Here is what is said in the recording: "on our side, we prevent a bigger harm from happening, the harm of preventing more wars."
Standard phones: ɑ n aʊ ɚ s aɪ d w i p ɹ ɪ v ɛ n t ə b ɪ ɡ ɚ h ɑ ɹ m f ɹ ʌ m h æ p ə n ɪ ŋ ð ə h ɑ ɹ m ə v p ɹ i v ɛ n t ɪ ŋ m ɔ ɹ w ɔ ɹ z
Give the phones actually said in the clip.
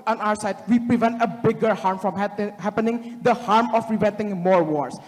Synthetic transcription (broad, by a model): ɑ n aʊ ɚ s aɪ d w i p ɹ ɪ v ɛ n t ə b ɪ ɡ ɚ h ɑ ɹ m f ɹ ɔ m h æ p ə n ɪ ŋ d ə h ɑ ɹ m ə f ɹ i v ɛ n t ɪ ŋ m ɔ ɹ w ɔ ɹ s